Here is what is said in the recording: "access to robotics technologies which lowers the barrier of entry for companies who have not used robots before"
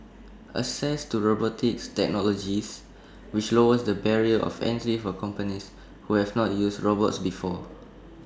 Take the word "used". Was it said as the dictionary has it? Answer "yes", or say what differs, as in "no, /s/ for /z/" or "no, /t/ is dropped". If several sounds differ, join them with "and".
no, /s/ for /z/